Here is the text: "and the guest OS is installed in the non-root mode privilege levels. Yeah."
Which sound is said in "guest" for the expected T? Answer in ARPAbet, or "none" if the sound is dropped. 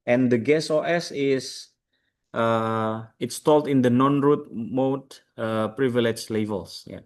none